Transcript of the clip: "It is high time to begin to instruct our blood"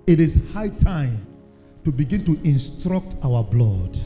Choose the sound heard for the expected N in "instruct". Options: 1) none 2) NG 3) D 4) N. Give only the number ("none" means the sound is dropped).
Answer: 4